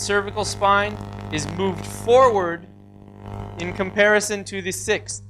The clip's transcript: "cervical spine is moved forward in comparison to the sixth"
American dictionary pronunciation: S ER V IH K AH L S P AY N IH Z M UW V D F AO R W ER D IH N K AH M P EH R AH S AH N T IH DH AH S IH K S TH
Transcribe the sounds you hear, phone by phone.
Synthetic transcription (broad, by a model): S ER V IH K L S P AY N IH Z M UW V D F AO R W ER D IH N K AH M P EH R AH S AH N T IH DH AH S IH K S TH